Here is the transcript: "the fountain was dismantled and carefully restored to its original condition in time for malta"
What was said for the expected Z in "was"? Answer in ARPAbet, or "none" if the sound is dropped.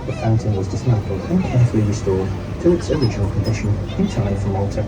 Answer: Z